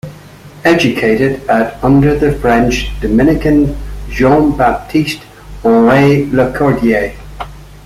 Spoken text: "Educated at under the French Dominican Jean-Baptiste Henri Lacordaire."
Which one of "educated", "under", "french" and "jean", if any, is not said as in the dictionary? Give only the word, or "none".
jean